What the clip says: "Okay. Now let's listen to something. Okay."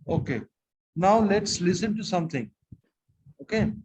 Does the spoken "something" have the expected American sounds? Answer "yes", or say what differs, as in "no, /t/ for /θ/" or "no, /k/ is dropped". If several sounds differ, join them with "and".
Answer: no, /t/ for /θ/